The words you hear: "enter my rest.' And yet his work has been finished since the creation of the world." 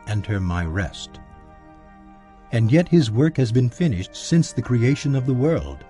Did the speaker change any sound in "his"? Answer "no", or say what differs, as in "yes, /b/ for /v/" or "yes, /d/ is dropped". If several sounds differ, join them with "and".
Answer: no